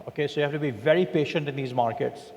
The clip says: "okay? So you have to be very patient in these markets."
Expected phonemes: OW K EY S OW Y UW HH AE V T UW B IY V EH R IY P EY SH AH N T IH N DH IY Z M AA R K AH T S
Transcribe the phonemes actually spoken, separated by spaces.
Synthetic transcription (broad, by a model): OW K EY S OW Y UW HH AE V T UW B IY V EH R IY P EY SH AH N T IH N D IY Z M AA R K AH T S